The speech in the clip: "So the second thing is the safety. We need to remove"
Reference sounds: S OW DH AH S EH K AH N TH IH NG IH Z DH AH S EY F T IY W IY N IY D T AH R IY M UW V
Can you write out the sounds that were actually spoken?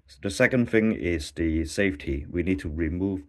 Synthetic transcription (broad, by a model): DH AH S EH K AH N TH IH NG IH Z DH AH S EY F T IY W IY N IY D T AH R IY M UW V